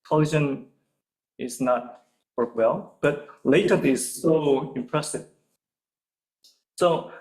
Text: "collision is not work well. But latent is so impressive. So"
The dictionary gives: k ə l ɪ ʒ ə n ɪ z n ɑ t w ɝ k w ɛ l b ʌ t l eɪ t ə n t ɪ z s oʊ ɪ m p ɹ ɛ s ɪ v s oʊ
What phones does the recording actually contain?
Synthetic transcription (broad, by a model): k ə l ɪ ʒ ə n ɪ z n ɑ t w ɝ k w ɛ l b ʌ t l eɪ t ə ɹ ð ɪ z s oʊ ɪ m p ɹ ɛ s ɪ v s oʊ